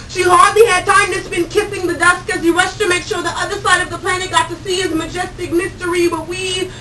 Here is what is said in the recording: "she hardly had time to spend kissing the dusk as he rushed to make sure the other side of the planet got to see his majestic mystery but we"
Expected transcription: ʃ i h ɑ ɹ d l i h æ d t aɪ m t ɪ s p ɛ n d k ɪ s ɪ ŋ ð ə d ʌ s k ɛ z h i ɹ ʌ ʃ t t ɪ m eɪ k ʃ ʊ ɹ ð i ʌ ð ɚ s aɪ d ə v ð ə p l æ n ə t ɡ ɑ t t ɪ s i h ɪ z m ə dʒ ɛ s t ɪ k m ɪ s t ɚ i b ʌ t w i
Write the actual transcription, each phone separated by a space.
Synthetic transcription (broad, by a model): ʃ i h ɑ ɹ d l i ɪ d t aɪ m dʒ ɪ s b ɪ n k ɪ s ɪ ŋ ð ə d ʌ s k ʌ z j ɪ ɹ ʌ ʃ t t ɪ m eɪ k ʃ ʊ ɹ ð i ʌ ð ɚ s aɪ d ə v ð ə p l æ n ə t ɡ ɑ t t ɪ s i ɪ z m ə dʒ ɛ s t ɪ k m ɪ s t ɚ i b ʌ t w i